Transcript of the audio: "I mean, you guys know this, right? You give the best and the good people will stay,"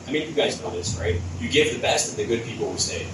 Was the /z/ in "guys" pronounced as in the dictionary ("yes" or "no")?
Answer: yes